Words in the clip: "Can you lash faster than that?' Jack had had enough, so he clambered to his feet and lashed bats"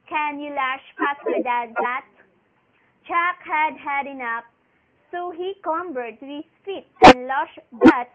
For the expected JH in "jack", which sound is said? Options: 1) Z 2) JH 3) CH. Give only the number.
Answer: 3